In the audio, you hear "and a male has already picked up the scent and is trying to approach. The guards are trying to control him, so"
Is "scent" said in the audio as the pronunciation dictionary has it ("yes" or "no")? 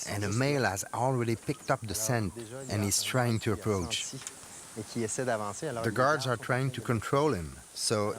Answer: yes